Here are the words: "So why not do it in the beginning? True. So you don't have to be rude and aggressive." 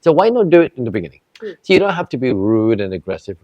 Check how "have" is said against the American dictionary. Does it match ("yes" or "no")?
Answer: no